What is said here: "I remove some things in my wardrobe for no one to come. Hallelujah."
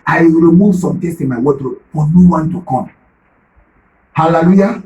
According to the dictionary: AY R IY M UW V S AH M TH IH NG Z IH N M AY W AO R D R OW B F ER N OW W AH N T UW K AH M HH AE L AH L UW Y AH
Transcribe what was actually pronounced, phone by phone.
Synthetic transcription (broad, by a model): AY R IY M UW V S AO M T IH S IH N M AY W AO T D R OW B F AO N OW W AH N T UW K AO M HH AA L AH L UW Y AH